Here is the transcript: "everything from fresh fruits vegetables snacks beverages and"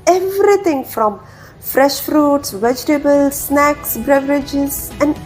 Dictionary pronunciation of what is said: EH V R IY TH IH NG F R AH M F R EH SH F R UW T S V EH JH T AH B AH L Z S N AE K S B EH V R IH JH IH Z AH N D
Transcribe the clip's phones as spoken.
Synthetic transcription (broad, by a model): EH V R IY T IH NG F R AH M F R EH SH F R UW T S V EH JH T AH B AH L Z S N AE K S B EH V R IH JH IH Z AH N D